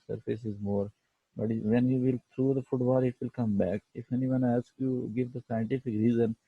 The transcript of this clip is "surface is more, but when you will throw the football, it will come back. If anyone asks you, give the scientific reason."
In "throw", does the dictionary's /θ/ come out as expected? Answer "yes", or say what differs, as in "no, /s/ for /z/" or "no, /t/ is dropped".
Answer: no, /t/ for /θ/